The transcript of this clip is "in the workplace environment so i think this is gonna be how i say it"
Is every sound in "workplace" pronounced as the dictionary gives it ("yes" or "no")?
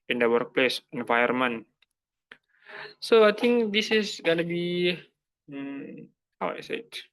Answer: yes